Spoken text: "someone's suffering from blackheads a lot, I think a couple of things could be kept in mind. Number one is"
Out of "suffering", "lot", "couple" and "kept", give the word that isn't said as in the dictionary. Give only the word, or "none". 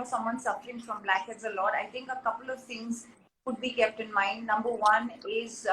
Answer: suffering